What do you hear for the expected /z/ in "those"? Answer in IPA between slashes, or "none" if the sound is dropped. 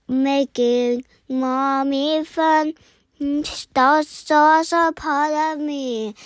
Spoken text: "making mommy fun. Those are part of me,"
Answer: /s/